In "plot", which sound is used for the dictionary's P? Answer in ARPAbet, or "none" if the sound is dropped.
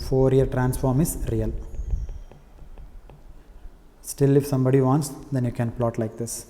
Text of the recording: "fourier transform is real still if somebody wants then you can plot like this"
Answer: P